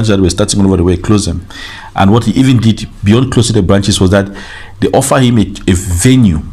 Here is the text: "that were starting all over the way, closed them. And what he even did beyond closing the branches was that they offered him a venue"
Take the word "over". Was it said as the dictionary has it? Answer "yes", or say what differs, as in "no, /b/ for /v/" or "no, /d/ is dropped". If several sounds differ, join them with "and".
yes